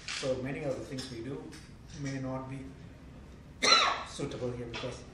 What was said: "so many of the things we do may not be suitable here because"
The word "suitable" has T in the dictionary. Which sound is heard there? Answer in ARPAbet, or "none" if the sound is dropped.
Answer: T